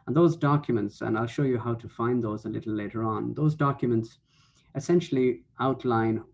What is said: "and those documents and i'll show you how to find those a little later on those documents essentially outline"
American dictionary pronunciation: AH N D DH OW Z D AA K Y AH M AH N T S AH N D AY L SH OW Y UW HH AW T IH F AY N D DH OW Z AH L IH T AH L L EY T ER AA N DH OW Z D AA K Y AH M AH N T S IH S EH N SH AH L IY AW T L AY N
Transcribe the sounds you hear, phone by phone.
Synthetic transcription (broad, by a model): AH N DH OW Z D AA K Y AH M AH N T S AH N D AY L SH OW Y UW HH AW T IH F AY N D DH OW Z AH L IH T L L EY T ER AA N DH OW Z D AA K Y AH M AH N T S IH S EH N SH L IY AW T L AY N